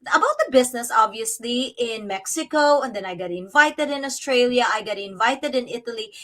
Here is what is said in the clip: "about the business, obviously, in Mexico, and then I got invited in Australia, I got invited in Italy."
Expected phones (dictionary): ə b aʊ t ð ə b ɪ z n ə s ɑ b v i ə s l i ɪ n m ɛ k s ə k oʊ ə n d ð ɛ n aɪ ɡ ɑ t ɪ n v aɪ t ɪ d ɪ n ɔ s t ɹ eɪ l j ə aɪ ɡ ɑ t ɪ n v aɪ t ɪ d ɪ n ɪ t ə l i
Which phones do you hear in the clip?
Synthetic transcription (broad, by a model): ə b aʊ t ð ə b ɪ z n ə s ɑ b v i ə s l i ɪ n m ɛ k s ə k oʊ ə n d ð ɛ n aɪ ɡ ɑ t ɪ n v aɪ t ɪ d ɪ n ɔ s t ɹ eɪ l j ə aɪ ɡ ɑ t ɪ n v aɪ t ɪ d ɪ n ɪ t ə l i